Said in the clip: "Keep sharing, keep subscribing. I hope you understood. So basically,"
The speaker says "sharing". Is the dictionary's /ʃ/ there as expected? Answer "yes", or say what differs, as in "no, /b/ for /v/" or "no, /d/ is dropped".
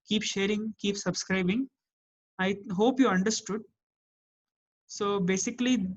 yes